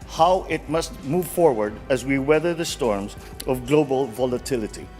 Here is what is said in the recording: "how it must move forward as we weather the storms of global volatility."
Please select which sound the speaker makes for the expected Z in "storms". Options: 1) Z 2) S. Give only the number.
1